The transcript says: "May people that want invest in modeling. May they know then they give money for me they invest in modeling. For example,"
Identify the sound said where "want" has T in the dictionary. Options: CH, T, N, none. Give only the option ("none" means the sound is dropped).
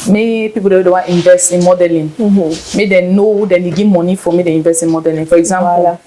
none